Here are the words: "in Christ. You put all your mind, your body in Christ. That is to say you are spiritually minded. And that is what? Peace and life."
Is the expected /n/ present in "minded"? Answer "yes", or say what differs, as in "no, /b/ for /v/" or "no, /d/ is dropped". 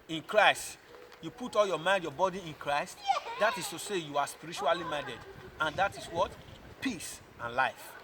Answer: no, /n/ is dropped